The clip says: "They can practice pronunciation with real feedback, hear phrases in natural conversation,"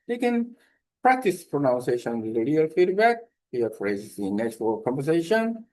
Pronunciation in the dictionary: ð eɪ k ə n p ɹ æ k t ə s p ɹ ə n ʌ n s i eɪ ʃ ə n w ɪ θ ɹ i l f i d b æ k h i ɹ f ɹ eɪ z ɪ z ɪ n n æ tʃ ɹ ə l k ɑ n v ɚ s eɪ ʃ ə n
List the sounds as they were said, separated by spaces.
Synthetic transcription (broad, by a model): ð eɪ k ə n p ɹ æ k t ə s p ɹ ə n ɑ n s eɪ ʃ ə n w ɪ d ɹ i l f i d b æ k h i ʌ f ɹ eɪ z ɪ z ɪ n n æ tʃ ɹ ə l k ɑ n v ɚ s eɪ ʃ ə n